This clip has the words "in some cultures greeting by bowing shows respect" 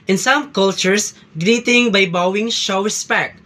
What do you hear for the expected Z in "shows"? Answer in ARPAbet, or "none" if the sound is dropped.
none